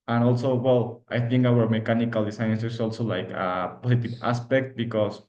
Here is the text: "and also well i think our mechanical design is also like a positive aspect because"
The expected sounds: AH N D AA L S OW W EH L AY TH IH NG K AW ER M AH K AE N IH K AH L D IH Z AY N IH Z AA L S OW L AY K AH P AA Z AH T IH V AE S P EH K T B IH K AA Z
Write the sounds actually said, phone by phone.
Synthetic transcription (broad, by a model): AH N AA L S OW W EH L AY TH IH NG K AW ER M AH K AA N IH K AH L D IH S AY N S S AA L S OW L AY K AH P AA S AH T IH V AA S P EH K T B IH K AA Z